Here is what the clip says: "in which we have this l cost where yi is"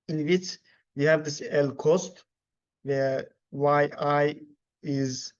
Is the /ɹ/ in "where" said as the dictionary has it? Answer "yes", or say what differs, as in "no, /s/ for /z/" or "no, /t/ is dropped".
no, /w/ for /ɹ/